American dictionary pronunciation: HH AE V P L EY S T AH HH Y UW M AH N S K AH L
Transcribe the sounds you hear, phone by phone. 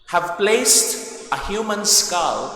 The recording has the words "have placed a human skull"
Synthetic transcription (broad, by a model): HH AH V P L EY S T AH HH Y UW M AH N S K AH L